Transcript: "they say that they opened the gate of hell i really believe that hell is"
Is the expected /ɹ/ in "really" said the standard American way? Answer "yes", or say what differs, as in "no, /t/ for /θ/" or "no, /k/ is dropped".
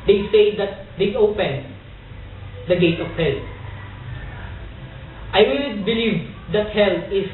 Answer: no, /w/ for /ɹ/